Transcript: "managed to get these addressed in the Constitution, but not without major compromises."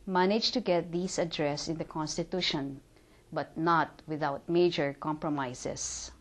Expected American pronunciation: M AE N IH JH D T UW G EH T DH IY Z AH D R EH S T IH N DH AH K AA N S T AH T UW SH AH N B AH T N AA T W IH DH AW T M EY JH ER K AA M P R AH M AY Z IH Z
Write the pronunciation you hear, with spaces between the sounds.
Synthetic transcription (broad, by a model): M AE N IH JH T UW G EH T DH IY S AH D R EH S IH N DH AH K AA N S T AH T UW SH AH N B AH T N AA T W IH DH AW T M EY JH ER K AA M P R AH M AY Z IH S